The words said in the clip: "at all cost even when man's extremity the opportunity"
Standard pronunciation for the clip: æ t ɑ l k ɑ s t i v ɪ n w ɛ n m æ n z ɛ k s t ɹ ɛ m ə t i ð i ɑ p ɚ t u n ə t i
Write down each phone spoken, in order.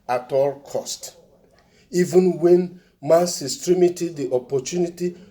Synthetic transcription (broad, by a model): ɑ t ɑ l k ɑ s t i v ɪ n w ɛ n m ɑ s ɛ s t ɹ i m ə t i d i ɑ p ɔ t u n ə t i